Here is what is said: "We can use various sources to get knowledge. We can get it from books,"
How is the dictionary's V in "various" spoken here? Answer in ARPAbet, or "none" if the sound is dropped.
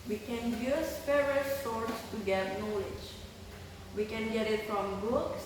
F